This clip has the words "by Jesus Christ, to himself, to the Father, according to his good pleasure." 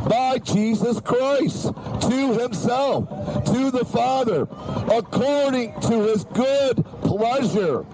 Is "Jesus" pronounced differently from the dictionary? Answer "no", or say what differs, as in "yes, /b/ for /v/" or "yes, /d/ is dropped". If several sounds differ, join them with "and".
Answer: no